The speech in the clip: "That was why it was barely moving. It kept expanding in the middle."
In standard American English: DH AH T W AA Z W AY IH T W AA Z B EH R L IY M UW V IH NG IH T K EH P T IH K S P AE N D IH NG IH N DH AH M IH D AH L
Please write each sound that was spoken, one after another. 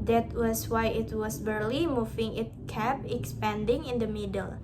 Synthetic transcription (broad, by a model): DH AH T W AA S W AY IH T W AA S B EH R L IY M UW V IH NG IH T K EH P IH K S P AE N D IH NG IH N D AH M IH D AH L